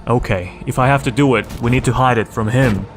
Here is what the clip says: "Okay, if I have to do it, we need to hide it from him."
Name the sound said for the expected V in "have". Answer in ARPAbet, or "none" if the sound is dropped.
F